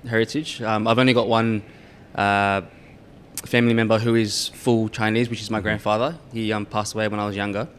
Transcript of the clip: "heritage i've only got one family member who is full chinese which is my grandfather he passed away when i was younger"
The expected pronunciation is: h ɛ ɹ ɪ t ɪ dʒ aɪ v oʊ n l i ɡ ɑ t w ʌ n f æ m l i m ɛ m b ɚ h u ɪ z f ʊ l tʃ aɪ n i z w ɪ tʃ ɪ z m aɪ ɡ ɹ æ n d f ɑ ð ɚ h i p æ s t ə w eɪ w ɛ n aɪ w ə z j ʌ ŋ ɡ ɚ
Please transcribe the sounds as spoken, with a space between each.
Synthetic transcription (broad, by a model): h ɛ ɹ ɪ t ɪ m aɪ v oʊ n l i ɡ ɑ t w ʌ n f æ m l i m ɛ m b ɚ h u ɪ z f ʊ l tʃ aɪ n i z w ɪ tʃ ɪ z m aɪ ɡ ɹ æ n d f ɑ ð ɚ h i p æ s t ə w eɪ w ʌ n aɪ w ə z j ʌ ŋ ɡ ɚ